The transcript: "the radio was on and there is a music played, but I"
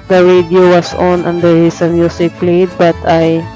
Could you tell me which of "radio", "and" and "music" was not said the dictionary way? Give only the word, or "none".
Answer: music